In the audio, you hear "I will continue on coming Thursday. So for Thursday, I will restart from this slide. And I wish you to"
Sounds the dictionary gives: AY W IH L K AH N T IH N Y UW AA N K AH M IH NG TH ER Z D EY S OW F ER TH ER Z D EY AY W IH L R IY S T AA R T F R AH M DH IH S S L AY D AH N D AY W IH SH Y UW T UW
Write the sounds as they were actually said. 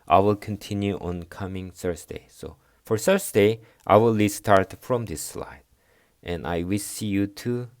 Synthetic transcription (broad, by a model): AY W IH L K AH N T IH N Y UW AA N K AH M IH NG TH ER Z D EY S OW F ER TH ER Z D EY AY W IH L L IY S T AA R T F R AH M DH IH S S L AY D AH N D AY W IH S Y UW T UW